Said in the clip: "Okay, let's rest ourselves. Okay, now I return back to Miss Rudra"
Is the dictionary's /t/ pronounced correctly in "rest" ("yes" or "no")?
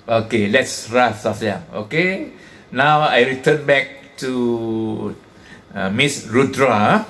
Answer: no